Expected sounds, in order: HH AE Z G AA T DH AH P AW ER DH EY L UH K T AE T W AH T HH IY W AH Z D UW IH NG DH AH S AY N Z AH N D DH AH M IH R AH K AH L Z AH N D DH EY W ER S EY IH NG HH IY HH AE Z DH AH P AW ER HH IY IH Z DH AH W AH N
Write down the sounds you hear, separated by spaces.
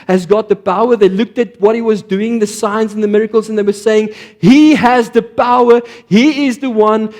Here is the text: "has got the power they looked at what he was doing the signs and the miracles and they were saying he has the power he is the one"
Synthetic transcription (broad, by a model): HH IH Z G AA T DH AH P AW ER DH EY L UH K T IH T W AH T HH IY W AH Z D UW IH NG DH AH S AY N Z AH N DH AH M IH R AH K AH L Z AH N DH EY W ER S EY IH NG HH IY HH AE Z DH AH P AW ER HH IY IH Z DH AH W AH N